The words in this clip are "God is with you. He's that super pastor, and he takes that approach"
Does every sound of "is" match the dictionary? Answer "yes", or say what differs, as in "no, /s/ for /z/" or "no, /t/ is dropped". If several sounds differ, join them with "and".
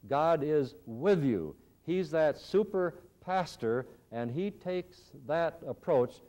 yes